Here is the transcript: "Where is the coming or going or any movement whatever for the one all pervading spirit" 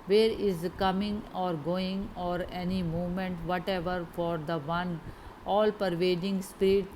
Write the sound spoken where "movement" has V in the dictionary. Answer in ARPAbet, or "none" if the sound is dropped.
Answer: none